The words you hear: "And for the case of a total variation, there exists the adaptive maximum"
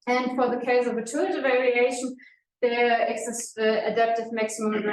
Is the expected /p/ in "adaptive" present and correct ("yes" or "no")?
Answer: yes